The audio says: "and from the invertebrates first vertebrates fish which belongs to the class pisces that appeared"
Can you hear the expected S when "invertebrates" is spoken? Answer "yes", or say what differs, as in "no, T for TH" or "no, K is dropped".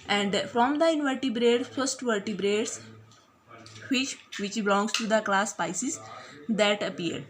no, S is dropped